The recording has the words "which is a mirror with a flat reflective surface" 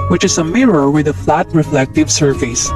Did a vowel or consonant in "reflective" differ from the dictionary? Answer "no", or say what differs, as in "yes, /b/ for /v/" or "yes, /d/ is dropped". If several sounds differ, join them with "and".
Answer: no